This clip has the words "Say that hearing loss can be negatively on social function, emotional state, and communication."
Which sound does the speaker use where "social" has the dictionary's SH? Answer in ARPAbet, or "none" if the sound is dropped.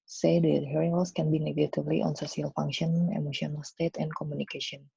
S